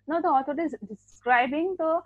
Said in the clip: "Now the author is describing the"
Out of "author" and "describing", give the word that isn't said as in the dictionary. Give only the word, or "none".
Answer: author